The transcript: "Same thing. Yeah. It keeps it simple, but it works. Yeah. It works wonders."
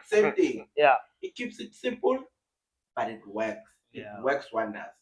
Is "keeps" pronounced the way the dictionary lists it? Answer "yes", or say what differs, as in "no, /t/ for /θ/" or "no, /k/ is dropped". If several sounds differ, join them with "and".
yes